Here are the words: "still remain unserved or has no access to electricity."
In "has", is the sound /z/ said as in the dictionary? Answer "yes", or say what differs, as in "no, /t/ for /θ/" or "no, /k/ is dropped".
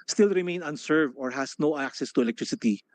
no, /s/ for /z/